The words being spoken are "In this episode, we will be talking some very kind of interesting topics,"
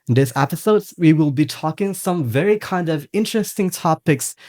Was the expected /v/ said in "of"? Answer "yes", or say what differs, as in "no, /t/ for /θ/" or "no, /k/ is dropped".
yes